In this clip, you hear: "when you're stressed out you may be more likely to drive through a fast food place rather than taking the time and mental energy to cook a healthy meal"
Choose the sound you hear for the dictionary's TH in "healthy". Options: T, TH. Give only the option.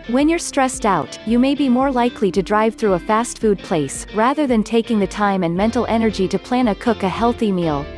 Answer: TH